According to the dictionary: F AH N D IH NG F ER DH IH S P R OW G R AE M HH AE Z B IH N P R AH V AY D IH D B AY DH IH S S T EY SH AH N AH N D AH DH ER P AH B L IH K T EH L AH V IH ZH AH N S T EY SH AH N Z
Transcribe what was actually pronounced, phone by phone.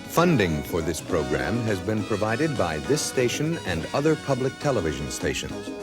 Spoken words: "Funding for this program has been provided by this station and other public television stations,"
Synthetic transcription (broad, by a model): F AH N D IH NG F ER DH IH S P R OW G R AE M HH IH Z B IH N P R AH V AY D IH D B AY DH IH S S T EY SH AH N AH N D AH DH ER P AH B L IH K T EH L AH V IH ZH AH N S T EY SH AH N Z